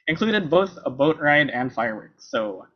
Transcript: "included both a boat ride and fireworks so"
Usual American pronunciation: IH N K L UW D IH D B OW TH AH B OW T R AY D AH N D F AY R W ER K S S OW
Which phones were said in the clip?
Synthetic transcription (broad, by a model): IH N K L UW D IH D B OW TH AH B OW T R AY D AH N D F AY R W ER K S S OW